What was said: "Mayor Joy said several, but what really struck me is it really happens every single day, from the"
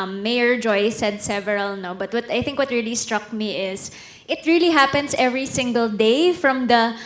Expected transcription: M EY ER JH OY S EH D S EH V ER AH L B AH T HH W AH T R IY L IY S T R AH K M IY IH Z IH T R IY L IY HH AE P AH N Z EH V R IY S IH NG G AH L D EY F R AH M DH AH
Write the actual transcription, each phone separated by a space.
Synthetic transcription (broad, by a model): M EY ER JH OY S EH D S EH V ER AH L B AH T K W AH T R IY L IY S T R AH K M IY IH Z IH T R IY L IY HH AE P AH N S EH V R IY S IH NG G AH L D EY F R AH M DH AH